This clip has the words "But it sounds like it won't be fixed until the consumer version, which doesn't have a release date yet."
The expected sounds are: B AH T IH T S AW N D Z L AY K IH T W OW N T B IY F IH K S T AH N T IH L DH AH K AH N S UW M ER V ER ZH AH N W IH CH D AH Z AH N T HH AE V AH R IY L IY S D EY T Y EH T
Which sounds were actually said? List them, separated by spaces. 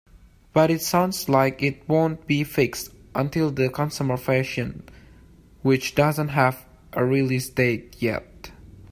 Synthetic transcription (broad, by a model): B AH T IH T S AW N D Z L AY K IH T W OW N T B IY F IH K S T AH N T IH L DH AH K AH N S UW M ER F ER SH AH N W IH CH D AH Z AH N T HH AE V AH R IY L IY S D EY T Y EH T